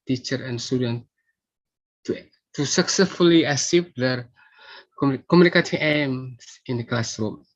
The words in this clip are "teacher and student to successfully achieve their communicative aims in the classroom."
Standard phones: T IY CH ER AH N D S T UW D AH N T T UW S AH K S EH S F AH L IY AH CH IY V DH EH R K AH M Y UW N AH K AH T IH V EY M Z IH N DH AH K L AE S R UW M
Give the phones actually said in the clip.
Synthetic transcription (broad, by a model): T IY CH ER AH N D S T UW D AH N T T UW S AH K S EH S F AH L IY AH S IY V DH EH R K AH M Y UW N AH K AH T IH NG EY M S IH N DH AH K L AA S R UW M